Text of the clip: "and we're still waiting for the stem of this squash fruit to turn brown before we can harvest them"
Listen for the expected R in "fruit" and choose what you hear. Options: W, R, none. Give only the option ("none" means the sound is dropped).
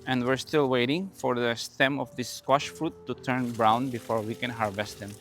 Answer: R